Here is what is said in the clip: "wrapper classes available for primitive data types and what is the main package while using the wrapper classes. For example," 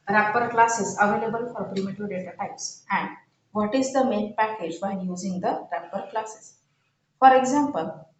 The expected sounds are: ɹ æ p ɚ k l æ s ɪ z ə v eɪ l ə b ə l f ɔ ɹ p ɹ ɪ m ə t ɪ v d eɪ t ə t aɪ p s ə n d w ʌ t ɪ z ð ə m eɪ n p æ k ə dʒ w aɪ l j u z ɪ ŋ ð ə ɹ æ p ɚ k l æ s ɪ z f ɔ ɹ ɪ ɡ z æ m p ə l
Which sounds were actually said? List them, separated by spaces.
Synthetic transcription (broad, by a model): ɹ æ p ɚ k l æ s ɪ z ə v eɪ l ə b ə l f ɔ ɹ p ɹ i m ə t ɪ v d eɪ t ə t aɪ p s ə n d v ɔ t ɪ z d ə m eɪ n p æ k ə dʒ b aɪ n j u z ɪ ŋ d ə ɹ æ p ɚ k l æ s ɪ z f ɔ ɹ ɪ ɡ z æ m p ə l